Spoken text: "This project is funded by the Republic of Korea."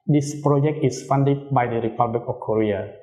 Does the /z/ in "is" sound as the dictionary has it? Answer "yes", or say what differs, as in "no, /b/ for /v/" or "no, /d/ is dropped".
no, /s/ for /z/